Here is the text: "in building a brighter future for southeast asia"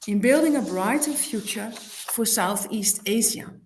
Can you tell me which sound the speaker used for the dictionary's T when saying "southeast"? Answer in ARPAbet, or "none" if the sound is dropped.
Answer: T